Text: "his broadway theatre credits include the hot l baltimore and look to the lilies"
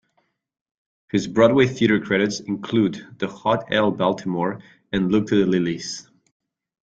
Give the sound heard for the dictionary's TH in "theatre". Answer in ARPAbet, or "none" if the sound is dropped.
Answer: TH